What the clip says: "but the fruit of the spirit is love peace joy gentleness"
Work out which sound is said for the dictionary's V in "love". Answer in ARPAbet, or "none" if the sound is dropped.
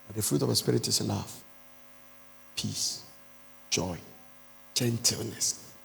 F